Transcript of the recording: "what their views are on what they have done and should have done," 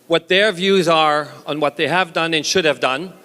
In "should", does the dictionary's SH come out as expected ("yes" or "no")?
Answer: yes